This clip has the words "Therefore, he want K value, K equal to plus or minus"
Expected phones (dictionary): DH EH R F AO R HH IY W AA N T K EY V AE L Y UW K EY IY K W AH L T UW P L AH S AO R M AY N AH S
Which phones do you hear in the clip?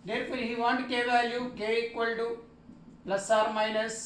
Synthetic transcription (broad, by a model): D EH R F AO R HH IY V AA N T K EY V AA Y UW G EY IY K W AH L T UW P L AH S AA R M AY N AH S